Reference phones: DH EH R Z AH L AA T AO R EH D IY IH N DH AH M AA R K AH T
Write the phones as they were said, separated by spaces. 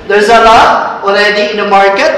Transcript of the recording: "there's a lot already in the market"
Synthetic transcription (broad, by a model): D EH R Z AH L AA AO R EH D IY IH N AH M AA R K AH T